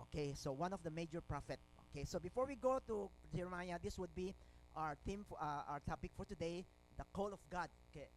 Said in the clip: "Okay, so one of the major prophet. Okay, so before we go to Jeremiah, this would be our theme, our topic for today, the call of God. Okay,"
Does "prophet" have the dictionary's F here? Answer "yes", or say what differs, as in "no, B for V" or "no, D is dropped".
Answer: yes